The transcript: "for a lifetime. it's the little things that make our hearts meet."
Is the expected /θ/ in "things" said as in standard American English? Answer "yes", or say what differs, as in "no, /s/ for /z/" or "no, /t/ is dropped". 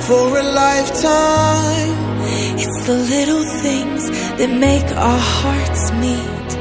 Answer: yes